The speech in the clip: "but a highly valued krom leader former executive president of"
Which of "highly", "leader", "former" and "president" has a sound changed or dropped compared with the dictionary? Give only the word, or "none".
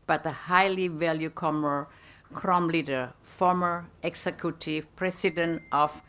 president